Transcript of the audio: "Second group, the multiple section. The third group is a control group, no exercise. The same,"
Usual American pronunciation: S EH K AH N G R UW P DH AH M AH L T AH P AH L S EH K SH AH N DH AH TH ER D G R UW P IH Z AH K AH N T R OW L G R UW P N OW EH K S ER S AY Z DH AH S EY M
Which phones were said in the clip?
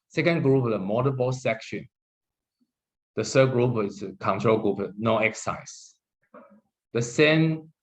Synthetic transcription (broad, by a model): S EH K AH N G R UW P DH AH M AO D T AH B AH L S EH K SH AH N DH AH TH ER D G R UW P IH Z AH K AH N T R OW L G R UW P N OW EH K S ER S AY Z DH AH S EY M